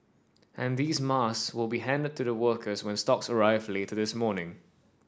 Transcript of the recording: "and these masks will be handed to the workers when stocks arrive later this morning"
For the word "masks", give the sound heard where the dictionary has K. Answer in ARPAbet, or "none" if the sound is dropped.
none